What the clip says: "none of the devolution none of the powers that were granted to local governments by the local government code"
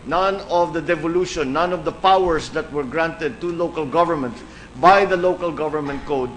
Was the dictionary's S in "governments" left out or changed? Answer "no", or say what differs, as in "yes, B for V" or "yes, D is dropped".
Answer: yes, S is dropped